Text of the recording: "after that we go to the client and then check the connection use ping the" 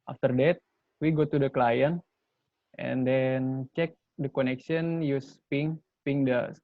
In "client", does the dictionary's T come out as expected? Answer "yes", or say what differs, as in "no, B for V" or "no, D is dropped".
yes